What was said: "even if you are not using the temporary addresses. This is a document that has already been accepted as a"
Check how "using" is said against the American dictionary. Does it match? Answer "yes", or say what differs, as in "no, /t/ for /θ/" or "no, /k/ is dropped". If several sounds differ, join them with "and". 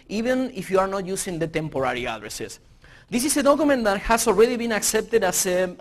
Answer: no, /s/ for /z/